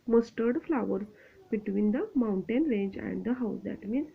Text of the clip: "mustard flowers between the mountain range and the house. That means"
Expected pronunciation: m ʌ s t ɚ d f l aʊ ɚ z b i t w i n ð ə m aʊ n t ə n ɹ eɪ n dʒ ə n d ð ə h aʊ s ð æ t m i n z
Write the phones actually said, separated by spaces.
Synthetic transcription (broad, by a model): m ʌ s t ɚ d f l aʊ ɚ b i t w i n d ə m aʊ n t ə n ɹ eɪ n dʒ ə n d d ə h aʊ s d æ t m i n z